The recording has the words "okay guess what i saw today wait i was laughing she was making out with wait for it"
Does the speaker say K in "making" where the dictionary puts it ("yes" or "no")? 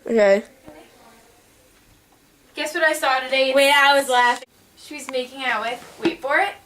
yes